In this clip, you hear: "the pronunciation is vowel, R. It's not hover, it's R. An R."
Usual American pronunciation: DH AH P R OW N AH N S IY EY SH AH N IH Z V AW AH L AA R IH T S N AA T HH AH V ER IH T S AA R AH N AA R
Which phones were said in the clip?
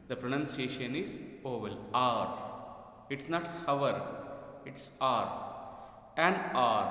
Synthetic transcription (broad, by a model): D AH P R OW N AH N S IY EY SH AH N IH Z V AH L AA R IH T S N AA T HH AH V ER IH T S AA R AH N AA R